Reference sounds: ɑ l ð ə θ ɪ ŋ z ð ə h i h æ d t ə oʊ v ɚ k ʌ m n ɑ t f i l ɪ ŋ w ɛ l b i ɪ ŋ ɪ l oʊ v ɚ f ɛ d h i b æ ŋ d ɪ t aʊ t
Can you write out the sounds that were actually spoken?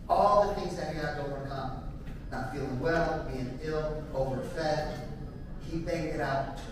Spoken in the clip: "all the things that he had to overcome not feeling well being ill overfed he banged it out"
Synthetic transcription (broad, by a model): ɑ l ð ə θ ɪ ŋ z ð ə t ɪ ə oʊ v ɚ k ʌ m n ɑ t f i l ɪ ŋ w ɛ l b i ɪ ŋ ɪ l oʊ v ɚ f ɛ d h i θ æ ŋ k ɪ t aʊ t